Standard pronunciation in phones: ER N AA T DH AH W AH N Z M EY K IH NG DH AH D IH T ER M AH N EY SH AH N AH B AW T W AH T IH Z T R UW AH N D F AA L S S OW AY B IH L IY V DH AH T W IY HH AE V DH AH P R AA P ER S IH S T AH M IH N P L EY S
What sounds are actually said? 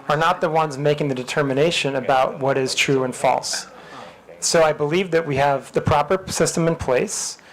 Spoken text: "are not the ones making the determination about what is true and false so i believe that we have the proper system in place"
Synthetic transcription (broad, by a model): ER N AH T DH AH W AH N Z M EY K IH NG DH AH D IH T ER M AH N EY SH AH N AH B AW T W AH T IH Z T R UW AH N F AA L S S OW AY B IH L IY V DH AH T W IY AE V DH AH P R AA P ER S IH S T AH M IH N P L EY S